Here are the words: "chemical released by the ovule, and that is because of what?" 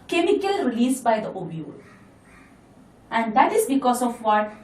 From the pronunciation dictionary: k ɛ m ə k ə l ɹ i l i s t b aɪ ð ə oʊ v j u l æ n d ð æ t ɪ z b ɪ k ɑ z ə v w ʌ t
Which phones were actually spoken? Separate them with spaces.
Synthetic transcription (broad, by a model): k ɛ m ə k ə l ɹ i l i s b aɪ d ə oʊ b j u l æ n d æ t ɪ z b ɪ k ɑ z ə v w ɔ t